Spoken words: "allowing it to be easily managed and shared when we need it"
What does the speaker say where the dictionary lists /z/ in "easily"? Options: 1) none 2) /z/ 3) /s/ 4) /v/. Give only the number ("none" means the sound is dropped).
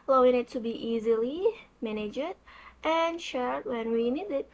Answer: 2